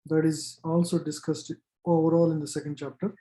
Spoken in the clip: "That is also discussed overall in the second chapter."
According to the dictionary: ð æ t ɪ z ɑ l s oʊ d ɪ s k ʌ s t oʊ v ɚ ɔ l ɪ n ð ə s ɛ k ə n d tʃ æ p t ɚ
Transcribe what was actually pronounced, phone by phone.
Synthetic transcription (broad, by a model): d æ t ɪ z ɑ l s oʊ d ɪ s k ʌ s t oʊ v ɚ ɔ l ɪ n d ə s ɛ k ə n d tʃ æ p t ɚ